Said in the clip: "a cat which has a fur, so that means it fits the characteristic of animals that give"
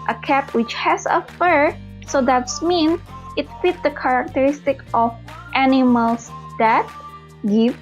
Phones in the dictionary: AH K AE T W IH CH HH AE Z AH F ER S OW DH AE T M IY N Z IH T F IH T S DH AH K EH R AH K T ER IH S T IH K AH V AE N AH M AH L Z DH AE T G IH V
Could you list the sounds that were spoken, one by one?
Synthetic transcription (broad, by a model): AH K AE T W IH CH HH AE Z AH F ER S OW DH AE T M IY N IH T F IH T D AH K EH R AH K T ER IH S T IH K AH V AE N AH M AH L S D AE T G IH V